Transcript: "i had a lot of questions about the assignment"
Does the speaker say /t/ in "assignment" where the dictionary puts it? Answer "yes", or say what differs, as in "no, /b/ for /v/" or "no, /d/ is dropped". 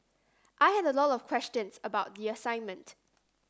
yes